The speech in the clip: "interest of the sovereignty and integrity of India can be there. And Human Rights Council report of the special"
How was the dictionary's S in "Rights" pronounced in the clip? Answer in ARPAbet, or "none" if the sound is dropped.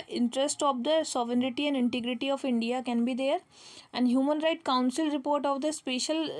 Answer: none